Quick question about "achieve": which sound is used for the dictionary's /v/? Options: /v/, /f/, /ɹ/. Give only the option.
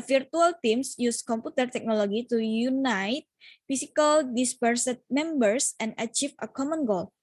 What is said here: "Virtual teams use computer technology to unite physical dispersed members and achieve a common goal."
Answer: /f/